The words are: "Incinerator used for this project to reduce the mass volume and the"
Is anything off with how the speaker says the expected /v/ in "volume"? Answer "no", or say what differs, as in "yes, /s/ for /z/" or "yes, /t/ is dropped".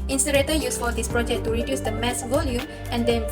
no